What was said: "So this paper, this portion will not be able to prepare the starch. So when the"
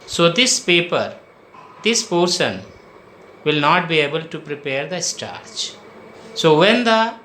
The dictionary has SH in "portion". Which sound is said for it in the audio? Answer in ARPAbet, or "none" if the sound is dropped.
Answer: S